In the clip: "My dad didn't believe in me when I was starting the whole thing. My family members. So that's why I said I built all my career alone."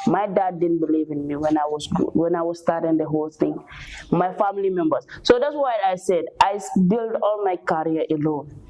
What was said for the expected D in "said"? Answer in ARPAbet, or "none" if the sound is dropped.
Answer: D